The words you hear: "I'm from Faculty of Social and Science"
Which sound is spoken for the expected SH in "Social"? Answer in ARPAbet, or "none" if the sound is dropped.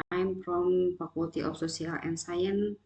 S